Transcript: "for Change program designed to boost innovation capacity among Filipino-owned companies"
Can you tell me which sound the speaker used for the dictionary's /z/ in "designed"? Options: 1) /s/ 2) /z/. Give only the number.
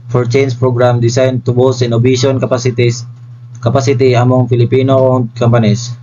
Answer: 1